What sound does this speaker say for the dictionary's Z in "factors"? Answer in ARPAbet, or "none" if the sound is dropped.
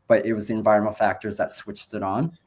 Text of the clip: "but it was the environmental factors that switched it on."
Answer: Z